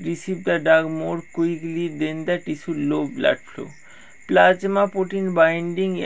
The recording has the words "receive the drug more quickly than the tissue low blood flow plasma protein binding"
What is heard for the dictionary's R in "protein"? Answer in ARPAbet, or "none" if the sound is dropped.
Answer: none